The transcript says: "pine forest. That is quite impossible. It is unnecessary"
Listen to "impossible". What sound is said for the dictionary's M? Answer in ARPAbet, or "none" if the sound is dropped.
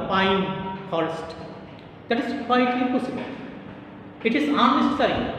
none